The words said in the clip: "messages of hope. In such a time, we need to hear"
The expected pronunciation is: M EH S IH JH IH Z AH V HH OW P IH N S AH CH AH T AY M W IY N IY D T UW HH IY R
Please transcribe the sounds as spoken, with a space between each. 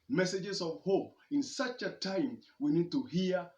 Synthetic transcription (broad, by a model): M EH S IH JH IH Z AH V HH OW P IH N S AH CH AH T AY M W IY N IY D T UW HH IY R